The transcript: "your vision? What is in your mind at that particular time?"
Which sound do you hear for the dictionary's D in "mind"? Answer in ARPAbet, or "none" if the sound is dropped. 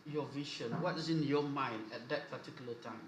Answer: D